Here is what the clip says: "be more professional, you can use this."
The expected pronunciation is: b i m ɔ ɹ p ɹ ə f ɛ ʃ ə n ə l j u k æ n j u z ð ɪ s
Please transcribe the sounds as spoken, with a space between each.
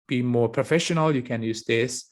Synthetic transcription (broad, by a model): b i m ɔ ɹ p ɹ ə f ɛ ʃ ə n ə l j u k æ n j u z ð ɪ s